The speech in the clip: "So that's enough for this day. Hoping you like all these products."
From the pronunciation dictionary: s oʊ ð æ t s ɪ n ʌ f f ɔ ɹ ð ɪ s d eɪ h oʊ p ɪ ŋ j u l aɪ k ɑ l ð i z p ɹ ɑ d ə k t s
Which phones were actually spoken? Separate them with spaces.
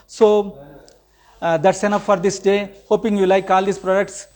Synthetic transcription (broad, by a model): s oʊ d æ t s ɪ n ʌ p f ɔ ɹ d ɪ s d eɪ h oʊ p ɪ ŋ j u l aɪ k ɑ l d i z p ɹ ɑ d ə k t s